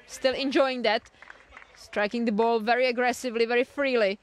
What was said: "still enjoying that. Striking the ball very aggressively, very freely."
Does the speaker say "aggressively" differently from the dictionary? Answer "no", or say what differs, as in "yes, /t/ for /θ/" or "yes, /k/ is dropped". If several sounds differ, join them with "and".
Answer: no